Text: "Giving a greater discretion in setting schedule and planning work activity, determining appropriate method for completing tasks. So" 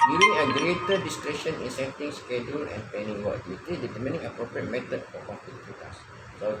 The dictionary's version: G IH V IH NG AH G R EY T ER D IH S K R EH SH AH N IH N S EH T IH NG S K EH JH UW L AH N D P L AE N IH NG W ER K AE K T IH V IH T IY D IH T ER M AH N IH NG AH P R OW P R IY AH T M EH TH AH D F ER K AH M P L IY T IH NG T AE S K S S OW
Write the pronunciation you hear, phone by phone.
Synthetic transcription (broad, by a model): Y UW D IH NG AH G R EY T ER D IH S K R EH SH AH N IH N S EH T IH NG S K EH JH UW L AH N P EH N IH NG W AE T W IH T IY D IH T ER M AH N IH NG AH P R OW P R IY AH T M EH T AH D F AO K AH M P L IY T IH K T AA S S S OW